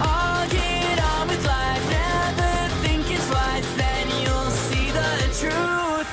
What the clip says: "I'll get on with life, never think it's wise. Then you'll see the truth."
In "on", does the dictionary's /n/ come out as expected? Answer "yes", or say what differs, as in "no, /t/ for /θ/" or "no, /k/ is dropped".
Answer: no, /l/ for /n/